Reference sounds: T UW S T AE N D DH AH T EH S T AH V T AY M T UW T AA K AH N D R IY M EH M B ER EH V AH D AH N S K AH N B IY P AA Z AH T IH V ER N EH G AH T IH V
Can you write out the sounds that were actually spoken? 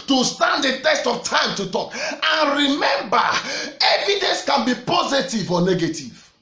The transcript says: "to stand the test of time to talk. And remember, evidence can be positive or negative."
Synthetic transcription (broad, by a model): T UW S T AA N D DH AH T EH S T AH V T AY M T UW T AA K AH N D R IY M EH M B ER EH V AH D AH N S K AH N B IY P AA Z AH T IH V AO N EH G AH T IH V